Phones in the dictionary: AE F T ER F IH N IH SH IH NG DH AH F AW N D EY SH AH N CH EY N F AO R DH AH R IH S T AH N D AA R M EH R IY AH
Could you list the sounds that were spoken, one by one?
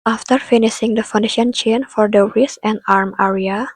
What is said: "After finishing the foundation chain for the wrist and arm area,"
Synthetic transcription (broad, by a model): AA F T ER F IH N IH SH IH NG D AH F AW N D EY SH AH N CH EY N F AO R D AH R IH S AH N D AA R M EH R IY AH